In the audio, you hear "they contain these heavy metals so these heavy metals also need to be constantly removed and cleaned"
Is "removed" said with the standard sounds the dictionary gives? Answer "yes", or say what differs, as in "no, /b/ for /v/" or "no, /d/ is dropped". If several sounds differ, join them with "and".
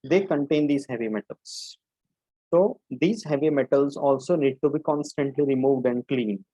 yes